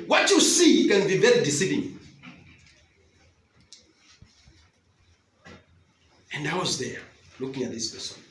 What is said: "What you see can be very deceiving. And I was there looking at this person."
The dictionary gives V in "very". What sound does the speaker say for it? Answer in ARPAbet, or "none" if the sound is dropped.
B